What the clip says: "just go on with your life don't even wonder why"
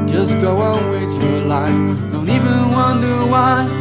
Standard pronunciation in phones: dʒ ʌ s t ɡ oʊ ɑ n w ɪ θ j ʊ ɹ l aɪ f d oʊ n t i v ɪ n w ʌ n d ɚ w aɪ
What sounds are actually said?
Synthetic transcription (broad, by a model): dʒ ʌ s ɡ oʊ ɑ l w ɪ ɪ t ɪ l aɪ f d oʊ n t i v ɪ n w ʌ n d ɚ w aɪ